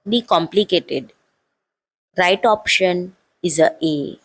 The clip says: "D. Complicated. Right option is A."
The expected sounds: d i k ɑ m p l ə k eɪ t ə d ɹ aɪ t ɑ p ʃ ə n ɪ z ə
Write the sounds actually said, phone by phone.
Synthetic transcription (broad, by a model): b i k ɑ m p l ə k eɪ t ə d ɹ aɪ t ɑ p ʃ ə n ɪ z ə